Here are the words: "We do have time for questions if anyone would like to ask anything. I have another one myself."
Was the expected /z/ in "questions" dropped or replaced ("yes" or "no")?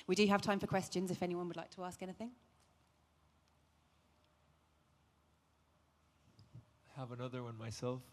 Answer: no